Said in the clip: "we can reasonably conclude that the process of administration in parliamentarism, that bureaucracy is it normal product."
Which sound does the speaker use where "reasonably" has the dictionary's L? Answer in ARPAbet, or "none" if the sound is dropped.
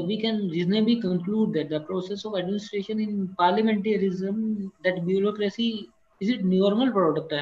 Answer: none